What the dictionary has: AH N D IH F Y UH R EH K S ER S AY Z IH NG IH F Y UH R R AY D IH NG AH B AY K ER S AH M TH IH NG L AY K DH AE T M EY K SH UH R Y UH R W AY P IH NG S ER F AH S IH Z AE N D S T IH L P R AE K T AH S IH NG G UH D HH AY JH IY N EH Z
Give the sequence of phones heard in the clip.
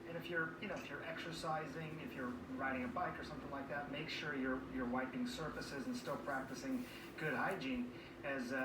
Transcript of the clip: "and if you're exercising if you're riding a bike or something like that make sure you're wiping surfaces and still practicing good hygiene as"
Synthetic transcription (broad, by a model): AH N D IH F Y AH R EH K S ER S AY Z IH NG IH F Y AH R R AY D IH NG AH B AY K ER S AH M TH IH NG L AY K DH AE T M EY K SH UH R Y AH R W AY P IH NG S ER F AH S IH Z N S T IH L P R AE K T AH S IH NG G UH D HH AY JH IY N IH Z